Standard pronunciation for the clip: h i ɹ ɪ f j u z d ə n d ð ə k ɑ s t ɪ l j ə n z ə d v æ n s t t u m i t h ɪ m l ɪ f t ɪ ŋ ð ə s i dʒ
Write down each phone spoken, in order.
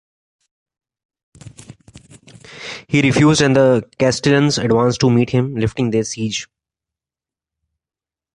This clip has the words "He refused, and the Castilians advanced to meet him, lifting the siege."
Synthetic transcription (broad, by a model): h i ɹ ɪ f j u z d ə n d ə k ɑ s t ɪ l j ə n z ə d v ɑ n s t t u m i t h ɪ m l ɪ f t ɪ ŋ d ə s i dʒ